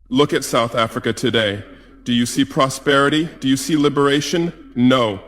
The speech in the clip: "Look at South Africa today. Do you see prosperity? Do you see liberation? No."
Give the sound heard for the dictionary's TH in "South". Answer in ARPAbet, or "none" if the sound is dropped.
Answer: TH